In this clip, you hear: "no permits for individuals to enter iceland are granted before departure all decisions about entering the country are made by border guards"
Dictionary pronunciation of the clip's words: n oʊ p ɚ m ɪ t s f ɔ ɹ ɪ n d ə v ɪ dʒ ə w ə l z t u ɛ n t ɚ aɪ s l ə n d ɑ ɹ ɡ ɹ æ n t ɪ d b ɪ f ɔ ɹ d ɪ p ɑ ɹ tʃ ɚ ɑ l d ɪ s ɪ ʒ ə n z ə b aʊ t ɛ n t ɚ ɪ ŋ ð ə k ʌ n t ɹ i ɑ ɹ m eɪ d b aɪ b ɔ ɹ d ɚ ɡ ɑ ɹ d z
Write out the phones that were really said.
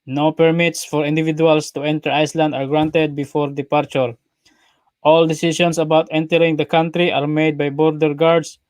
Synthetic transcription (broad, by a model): n oʊ p ɚ m ɪ t s f ɔ ɹ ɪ n d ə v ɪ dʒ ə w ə l s t u ɛ n t ɚ aɪ s l ə n d ɑ ɹ ɡ ɹ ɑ n t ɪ d b ɪ f ɔ ɹ d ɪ p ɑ ɹ tʃ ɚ ɑ l d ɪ s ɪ s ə n s ə b aʊ t ɛ n t ɚ ɪ ŋ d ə k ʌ n t ɹ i ɑ ɹ m eɪ d b aɪ b ɔ ɹ d ɚ ɡ ɑ ɹ d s